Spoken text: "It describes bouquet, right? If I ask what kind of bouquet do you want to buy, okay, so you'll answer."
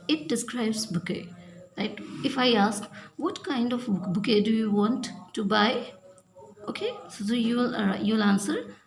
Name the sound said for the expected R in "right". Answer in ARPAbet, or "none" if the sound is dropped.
L